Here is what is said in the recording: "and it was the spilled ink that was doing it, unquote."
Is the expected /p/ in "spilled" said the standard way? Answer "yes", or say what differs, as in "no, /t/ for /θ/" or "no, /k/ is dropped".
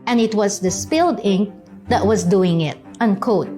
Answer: yes